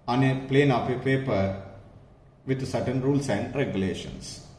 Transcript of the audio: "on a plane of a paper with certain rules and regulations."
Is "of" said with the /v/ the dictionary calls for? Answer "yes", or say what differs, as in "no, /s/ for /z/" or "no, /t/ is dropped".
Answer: no, /p/ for /v/